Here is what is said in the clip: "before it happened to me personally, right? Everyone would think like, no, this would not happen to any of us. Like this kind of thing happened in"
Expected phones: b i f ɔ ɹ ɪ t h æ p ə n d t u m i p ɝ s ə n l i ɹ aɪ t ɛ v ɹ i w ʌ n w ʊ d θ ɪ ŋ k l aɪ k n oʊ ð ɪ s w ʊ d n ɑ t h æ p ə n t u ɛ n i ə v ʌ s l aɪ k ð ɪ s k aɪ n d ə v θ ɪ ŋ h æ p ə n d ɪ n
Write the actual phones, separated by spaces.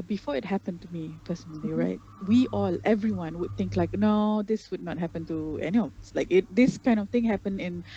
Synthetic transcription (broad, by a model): b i f ɔ ɪ t h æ p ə n t u m i f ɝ s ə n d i ɹ aɪ t ɛ v ɹ i w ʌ n w ʊ d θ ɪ ŋ k l aɪ k n oʊ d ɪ s w ʊ d n ɑ t h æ p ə n t u ɛ n i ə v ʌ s l aɪ k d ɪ s k aɪ n d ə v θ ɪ ŋ h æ p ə n ɪ n